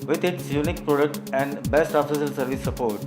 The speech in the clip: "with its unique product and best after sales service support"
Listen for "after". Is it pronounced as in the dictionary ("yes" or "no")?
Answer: no